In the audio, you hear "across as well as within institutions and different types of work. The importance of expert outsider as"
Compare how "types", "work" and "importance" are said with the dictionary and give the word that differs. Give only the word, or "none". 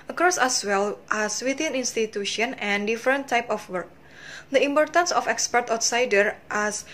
types